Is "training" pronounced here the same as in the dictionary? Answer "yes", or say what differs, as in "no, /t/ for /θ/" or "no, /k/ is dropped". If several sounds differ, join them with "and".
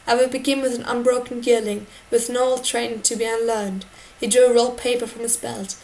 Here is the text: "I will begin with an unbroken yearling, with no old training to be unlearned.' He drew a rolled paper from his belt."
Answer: no, /n/ is dropped